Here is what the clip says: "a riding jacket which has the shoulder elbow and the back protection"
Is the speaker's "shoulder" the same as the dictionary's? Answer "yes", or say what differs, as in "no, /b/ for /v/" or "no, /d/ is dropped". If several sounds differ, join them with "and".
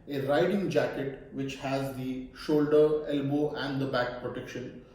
yes